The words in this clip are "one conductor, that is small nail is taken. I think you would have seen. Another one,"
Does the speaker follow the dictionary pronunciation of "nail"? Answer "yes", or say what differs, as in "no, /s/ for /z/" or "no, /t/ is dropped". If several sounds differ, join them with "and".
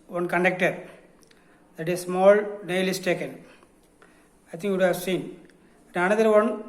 yes